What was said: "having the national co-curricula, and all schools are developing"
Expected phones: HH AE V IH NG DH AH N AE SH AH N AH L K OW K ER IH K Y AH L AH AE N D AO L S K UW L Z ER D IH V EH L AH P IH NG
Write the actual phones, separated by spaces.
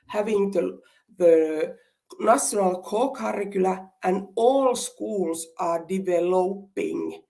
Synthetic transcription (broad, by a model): HH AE V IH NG DH AH N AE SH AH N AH L K OW K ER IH K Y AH L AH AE N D AO L S K UW L S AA D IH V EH L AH P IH NG